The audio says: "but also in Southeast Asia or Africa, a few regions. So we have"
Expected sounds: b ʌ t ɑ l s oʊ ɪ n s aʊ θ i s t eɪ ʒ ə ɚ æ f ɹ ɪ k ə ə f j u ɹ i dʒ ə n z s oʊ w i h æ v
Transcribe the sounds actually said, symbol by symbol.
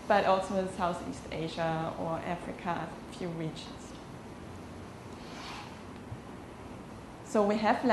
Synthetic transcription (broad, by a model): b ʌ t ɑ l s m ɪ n s aʊ θ i s t eɪ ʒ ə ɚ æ f ɹ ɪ k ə ə f j u ɹ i dʒ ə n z s oʊ w i h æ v